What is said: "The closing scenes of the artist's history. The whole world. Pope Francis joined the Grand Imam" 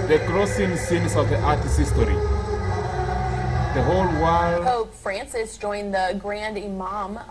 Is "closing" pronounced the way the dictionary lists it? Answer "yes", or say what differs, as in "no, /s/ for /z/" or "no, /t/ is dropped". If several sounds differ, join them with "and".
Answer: no, /s/ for /z/